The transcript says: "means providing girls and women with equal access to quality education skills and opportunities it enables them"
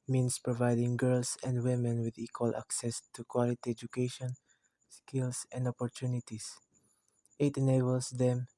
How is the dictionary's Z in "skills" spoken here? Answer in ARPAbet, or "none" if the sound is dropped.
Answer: S